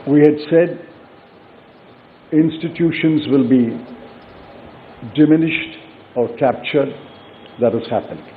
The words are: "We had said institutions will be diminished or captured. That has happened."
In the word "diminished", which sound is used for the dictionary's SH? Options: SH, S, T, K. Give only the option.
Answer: SH